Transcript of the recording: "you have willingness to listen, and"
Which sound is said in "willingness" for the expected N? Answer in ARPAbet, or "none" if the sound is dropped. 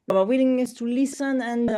none